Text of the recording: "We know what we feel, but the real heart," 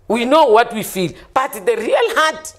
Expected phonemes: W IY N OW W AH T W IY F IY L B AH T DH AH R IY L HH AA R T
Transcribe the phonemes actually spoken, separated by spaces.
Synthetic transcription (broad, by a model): W IY N OW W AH T W IY F IY L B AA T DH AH R IY L HH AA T